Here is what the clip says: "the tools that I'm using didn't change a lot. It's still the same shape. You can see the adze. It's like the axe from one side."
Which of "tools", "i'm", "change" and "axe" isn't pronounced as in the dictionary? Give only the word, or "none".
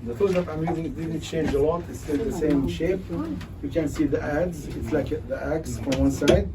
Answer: tools